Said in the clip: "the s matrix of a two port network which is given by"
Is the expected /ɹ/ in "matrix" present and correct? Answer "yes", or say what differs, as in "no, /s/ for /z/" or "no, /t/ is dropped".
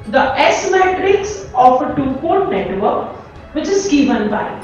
yes